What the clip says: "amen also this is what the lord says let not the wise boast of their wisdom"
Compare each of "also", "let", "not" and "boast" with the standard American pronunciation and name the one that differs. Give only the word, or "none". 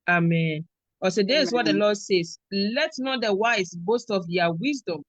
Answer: also